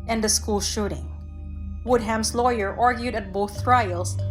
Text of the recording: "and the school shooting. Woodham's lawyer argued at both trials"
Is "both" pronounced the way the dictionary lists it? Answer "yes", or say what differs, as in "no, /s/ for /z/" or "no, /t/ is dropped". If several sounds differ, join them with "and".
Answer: yes